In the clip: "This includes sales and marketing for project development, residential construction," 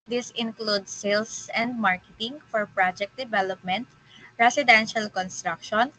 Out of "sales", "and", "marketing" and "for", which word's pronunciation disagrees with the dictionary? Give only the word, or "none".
sales